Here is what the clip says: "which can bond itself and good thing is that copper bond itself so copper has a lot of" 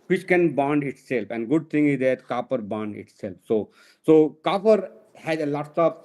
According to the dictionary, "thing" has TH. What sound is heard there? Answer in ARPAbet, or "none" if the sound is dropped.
T